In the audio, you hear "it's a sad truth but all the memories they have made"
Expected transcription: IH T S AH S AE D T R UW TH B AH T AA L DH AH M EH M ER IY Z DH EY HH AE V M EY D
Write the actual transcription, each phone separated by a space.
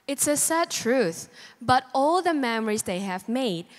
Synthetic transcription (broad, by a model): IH T S AH S AE D T R UW TH B AH T AA L DH AH M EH M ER IY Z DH EY HH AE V M EY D